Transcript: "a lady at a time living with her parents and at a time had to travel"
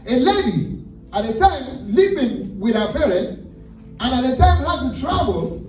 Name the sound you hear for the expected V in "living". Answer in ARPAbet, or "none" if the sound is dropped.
P